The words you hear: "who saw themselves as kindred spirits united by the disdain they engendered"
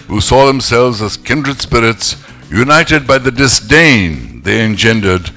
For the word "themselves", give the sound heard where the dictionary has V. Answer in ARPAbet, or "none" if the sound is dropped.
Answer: V